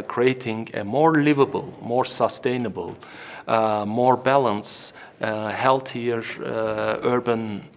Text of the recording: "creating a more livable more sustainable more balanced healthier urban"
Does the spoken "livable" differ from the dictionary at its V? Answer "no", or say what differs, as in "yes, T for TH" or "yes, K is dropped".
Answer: no